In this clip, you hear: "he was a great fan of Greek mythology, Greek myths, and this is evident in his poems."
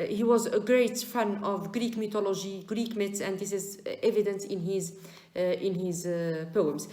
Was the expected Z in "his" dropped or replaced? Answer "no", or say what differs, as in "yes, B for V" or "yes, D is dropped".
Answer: no